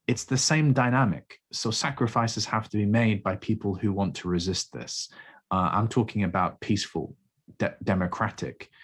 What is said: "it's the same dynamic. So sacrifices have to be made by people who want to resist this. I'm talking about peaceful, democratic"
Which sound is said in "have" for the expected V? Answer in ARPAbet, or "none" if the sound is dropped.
F